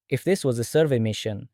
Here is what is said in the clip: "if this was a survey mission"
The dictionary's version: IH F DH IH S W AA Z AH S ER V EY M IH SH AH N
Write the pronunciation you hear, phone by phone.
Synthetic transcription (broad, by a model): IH F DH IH S W AA Z AH S ER V EY M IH SH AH N